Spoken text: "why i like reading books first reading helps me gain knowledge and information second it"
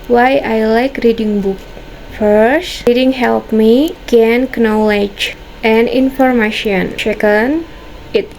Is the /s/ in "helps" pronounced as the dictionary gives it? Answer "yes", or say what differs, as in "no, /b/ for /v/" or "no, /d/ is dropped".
no, /s/ is dropped